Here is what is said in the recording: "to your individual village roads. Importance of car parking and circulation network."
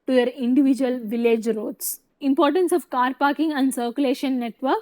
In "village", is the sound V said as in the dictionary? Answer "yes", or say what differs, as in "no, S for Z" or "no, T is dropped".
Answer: yes